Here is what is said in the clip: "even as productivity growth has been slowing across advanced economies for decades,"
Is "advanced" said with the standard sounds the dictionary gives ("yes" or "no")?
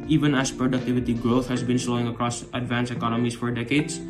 no